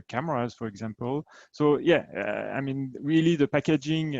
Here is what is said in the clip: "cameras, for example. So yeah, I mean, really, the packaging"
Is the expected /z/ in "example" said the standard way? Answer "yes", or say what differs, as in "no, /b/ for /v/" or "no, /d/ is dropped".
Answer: yes